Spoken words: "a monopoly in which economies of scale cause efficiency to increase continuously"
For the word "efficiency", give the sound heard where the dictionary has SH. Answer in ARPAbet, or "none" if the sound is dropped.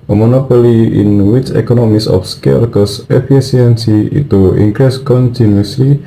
S